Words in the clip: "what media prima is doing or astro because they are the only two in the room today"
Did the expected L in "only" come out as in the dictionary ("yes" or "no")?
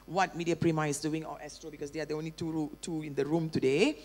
yes